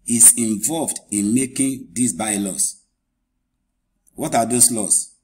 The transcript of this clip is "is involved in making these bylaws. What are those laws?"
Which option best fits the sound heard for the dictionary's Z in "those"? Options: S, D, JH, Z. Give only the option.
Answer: S